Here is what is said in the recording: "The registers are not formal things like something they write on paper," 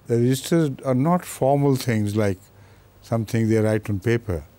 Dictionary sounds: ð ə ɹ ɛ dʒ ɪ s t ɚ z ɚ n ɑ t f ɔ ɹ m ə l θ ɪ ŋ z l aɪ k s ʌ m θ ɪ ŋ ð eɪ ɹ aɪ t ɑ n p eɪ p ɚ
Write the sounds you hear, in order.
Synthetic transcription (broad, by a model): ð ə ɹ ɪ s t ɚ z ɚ n ɑ t f ɔ ɹ m ə l t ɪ ŋ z l aɪ k s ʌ m t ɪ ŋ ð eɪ ɹ aɪ t ɑ n p eɪ p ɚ